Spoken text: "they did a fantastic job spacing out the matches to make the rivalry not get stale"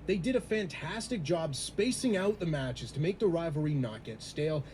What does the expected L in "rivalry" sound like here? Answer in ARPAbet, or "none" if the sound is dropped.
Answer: none